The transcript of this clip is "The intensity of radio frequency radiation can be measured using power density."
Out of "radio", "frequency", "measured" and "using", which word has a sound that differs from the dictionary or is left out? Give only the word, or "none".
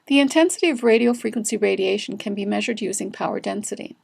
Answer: none